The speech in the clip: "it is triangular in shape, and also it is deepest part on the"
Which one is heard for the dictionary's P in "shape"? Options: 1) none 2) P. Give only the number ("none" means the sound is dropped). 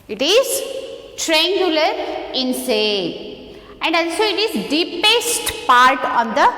1